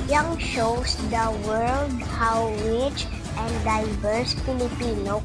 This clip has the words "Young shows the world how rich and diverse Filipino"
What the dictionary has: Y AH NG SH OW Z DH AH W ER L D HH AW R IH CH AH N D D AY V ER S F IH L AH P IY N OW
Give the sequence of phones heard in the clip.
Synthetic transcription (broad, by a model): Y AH NG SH OW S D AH W ER L D HH AW W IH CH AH N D D AY V ER S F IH L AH P IY N OW